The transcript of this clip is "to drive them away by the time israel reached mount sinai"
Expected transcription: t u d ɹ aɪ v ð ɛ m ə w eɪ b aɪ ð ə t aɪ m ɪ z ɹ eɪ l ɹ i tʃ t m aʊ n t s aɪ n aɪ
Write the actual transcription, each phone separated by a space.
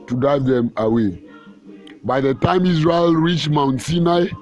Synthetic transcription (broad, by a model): t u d aɪ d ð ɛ m ə w eɪ b aɪ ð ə t aɪ m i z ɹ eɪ l ɹ i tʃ m aʊ n t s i n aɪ